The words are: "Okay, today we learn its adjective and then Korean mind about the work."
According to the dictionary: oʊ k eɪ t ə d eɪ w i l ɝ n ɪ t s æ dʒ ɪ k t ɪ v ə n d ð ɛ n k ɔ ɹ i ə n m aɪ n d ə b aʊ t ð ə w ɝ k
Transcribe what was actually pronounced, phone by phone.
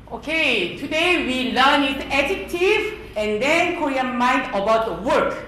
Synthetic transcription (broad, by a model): oʊ k eɪ t ə d eɪ w i l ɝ n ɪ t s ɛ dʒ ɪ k t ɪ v ə n d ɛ n k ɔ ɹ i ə m aɪ n d ə b aʊ t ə w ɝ k